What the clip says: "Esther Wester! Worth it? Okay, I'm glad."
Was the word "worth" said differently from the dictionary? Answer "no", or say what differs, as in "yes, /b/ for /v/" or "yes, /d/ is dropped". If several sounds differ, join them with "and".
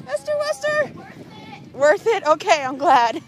no